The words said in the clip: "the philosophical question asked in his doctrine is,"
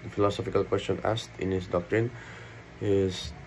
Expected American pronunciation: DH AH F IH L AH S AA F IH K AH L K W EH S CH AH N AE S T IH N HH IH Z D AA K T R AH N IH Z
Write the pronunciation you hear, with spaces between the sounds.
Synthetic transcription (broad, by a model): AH F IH L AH S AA F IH K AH L K W EH S CH AH N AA S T IH N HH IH S D AA K T R AH N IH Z